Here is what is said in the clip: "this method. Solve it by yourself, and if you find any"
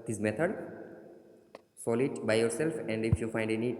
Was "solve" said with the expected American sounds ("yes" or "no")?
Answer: no